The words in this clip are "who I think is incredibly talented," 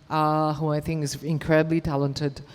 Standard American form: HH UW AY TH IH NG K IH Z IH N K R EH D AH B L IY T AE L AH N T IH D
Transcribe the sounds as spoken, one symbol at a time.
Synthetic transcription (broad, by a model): HH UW AY TH IH NG K IH Z IH N K R EH D AH B L IY T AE L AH N T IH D